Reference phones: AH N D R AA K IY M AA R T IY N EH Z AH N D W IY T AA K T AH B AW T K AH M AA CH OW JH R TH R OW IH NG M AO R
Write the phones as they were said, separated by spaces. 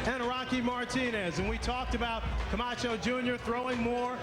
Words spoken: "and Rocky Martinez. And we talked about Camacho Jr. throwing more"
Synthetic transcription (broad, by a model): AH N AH R AA K IY M AA R T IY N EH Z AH N W IY T AA K T AH B AW T K AH M AA CH OW JH R TH R OW IH NG M AO R